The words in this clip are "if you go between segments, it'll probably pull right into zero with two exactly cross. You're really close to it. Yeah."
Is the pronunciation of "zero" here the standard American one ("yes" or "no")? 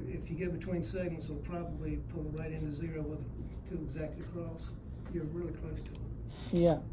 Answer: yes